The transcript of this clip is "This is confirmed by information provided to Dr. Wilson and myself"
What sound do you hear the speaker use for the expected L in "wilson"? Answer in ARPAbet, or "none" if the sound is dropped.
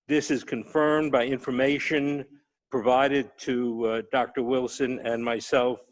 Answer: L